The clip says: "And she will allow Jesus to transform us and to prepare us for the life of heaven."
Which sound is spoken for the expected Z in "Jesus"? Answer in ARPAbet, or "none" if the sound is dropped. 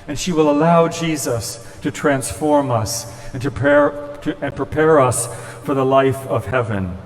Z